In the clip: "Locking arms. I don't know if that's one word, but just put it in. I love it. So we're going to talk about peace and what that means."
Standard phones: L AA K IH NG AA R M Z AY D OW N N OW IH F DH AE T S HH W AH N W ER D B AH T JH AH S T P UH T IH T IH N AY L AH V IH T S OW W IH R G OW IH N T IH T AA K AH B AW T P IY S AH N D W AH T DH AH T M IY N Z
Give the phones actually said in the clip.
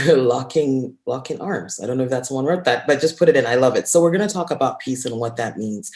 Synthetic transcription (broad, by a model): L AA K IH NG AA R M Z AY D OW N N OW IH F DH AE T S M W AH N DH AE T B AH T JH AH S P UH T IH T IH N AY L AH V IH T S OW W IH R G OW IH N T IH T AA K AH B AW T P IY S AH N W AH T DH AH T M IY N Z